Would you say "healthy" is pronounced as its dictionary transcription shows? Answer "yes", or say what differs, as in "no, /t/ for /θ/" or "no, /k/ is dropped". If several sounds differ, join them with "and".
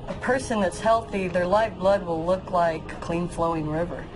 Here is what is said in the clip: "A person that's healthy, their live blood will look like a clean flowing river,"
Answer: yes